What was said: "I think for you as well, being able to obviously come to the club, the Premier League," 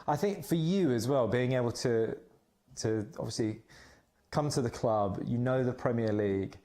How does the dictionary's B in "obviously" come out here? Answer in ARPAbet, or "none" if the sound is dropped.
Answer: none